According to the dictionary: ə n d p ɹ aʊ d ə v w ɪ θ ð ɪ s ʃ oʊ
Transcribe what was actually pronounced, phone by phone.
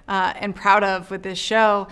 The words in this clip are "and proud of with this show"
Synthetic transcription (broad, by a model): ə n p ɹ aʊ d ə v w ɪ ð ɪ s ʃ oʊ